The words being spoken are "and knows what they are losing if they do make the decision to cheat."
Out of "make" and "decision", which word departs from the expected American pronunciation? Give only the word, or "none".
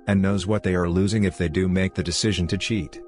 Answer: none